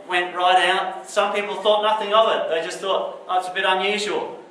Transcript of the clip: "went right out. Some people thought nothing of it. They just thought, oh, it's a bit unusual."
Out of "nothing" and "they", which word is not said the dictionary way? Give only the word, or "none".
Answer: none